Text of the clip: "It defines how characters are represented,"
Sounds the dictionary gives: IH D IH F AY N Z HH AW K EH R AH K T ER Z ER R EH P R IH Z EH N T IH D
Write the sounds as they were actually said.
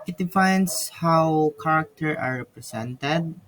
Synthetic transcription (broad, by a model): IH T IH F AY N S HH AW K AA R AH K T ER ER R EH P R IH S EH N T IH D